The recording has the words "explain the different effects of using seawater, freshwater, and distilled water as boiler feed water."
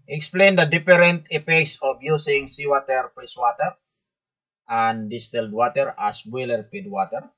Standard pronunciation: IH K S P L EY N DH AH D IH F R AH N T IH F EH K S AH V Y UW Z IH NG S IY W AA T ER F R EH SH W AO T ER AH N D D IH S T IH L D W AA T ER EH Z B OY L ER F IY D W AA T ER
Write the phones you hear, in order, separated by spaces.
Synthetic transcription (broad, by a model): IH K S P L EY N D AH D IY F R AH N T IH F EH K S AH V Y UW S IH NG S IY W AA T ER P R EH S W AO T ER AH N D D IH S T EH L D W AA T ER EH S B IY L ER P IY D W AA T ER